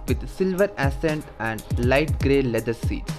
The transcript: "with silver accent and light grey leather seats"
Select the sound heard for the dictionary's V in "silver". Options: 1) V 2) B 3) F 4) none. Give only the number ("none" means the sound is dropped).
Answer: 1